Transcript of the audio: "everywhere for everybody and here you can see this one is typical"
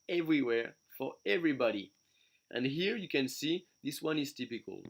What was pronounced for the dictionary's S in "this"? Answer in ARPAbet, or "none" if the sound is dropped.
S